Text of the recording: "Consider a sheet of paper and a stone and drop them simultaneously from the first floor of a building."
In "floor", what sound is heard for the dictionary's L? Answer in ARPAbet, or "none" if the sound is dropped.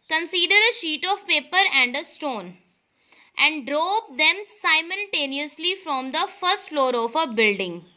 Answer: L